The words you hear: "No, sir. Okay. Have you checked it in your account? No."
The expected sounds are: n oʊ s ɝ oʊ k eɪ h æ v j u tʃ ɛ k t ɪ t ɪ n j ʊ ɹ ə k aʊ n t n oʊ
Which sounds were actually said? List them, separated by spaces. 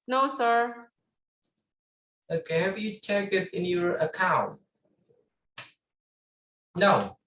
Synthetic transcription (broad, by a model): n oʊ s ɝ oʊ k eɪ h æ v j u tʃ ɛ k ɪ t ɪ n j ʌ ɹ ə k aʊ n t n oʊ